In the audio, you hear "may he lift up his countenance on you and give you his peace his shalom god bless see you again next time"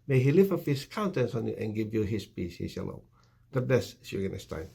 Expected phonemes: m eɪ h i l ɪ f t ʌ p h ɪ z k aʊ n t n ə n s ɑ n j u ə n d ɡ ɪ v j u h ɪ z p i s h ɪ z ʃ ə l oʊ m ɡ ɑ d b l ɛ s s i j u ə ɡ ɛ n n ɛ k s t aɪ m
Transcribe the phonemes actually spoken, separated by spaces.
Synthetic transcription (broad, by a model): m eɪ h i l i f ʌ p h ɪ s k aʊ n t ə n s ɑ n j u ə n ɡ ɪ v j u h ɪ s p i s h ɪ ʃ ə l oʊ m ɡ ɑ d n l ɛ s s j u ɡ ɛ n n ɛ s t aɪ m